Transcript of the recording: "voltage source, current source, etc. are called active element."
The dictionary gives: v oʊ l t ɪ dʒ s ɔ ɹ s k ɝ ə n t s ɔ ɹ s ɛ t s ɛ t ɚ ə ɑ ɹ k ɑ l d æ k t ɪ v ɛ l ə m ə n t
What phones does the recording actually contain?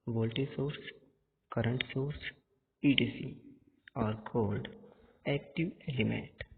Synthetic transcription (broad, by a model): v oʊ l t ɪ s ɔ ɹ s k ɝ ə n t s ɔ ɹ s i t i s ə ɑ ɹ k ɑ l d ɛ k t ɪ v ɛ l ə m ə n t